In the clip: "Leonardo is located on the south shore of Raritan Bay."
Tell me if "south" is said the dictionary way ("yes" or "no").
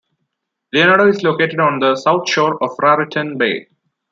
no